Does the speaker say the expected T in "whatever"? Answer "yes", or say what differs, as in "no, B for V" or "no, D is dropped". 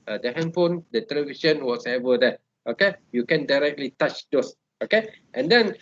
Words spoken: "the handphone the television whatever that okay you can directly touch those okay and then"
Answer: no, S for T